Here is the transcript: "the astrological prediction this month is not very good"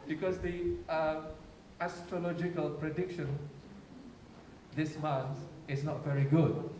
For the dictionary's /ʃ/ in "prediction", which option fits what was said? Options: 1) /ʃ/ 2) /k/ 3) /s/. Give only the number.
1